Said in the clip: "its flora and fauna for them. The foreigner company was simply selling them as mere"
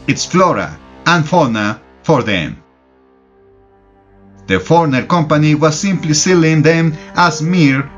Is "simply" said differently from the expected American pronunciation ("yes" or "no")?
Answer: no